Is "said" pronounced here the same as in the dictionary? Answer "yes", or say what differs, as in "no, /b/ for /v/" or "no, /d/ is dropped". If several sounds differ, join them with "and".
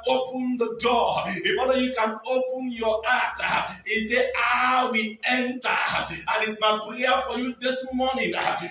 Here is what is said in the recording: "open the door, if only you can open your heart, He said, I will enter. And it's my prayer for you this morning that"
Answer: no, /d/ is dropped